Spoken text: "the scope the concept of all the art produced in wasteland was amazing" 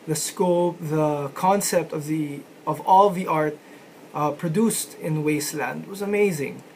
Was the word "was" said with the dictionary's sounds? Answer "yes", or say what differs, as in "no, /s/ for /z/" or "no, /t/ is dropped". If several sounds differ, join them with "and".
yes